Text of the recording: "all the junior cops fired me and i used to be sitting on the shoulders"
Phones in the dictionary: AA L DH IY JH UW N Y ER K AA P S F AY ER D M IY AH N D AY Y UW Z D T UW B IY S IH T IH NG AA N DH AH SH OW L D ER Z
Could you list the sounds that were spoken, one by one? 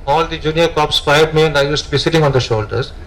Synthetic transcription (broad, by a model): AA L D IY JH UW N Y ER K AA P S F AY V M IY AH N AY Y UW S T UW B IY S IH T IH NG AA N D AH SH OW L D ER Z